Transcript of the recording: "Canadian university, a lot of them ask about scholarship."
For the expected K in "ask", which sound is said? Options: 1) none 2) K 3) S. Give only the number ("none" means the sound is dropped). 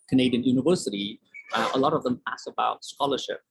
1